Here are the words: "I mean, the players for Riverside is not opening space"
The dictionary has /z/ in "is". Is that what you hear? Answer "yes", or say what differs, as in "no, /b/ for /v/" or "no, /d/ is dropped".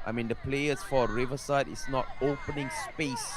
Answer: no, /s/ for /z/